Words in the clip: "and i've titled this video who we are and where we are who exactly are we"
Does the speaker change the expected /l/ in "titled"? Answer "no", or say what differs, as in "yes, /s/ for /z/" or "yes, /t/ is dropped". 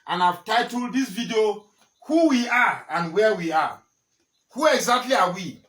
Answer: no